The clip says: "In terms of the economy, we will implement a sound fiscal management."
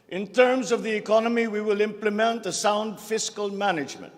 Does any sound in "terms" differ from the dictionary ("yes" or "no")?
no